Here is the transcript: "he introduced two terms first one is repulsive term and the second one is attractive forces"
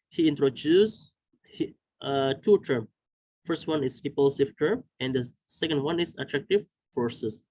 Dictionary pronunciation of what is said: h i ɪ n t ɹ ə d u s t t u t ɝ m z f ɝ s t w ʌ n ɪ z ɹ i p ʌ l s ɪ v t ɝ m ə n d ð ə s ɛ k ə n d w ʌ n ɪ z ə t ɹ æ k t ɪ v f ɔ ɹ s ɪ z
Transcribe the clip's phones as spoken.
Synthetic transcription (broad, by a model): h i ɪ n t ɹ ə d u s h t u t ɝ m f ɝ s t w ʌ n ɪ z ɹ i p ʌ l s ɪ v t ɝ m ə n d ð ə s ɛ k ə n d w ʌ n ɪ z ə t ɹ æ k t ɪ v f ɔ ɹ s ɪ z